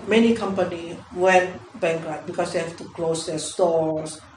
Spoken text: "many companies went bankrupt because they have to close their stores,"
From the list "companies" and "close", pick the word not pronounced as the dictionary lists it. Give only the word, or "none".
companies